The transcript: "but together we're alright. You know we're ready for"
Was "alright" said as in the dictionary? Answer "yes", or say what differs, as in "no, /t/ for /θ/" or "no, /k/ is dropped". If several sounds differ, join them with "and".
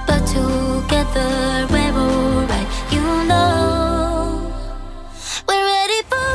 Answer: no, /l/ is dropped